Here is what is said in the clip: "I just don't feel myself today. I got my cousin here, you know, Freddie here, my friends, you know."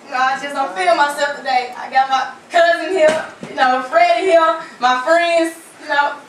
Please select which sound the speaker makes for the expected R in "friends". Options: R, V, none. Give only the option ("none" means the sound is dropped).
R